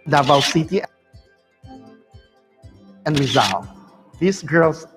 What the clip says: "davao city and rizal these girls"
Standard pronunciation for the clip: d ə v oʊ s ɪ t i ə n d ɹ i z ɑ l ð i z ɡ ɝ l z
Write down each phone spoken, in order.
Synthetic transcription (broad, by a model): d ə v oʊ s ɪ t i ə n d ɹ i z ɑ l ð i s ɡ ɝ l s